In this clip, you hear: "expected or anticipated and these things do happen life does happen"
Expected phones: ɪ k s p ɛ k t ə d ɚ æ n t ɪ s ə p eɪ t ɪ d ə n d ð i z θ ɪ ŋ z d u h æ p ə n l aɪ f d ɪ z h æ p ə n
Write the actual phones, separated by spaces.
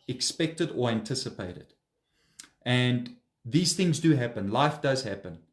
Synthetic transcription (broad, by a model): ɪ k s p ɛ k t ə d ɚ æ n t ɪ s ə p eɪ t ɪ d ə n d ð i z θ ɪ ŋ z d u h æ p ə n l aɪ f d ɪ z h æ p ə n